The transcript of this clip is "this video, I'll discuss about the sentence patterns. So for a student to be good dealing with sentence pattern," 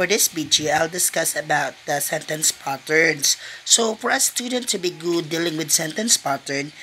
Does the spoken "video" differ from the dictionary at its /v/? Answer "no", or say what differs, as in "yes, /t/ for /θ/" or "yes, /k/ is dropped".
yes, /b/ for /v/